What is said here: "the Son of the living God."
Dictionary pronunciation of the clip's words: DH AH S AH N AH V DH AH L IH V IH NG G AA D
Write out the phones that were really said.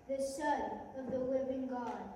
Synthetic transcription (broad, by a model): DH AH SH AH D AH V DH AH W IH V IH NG G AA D